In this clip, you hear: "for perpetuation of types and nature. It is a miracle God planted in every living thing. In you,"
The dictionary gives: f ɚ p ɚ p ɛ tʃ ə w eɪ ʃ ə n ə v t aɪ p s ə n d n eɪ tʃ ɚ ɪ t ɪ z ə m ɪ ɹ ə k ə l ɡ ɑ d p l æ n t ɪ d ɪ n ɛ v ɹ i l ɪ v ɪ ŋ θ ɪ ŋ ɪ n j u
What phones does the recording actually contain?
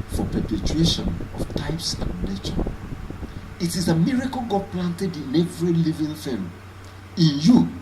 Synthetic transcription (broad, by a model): f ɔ p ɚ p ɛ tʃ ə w eɪ ʃ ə n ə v t aɪ p s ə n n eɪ tʃ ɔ ɪ t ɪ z ə m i ɹ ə k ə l ɡ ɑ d p l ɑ n t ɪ d ɪ n ɛ v ɹ i l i v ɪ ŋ f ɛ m ɪ n j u